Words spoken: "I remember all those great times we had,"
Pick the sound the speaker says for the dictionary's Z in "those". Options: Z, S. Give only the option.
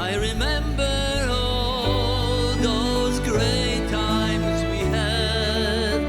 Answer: Z